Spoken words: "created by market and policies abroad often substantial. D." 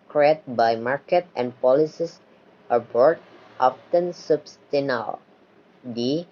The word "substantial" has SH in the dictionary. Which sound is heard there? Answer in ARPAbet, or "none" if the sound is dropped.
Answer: none